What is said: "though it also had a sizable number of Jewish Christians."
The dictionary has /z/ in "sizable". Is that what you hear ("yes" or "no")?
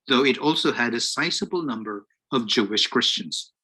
no